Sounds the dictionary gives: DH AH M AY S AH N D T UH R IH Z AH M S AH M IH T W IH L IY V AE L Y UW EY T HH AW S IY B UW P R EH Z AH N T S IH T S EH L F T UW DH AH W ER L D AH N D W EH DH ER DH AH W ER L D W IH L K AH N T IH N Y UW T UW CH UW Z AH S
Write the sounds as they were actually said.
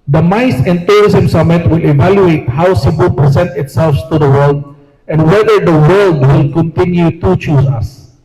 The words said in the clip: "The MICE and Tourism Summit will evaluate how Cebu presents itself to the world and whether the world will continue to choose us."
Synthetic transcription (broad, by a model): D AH M AY S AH N T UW R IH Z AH M S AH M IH T W IH L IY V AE L Y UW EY T HH AW S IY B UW P R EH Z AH N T IH T S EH L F T UW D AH W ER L D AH N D W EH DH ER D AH W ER L D W IH L K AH N T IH N Y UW T UW CH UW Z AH S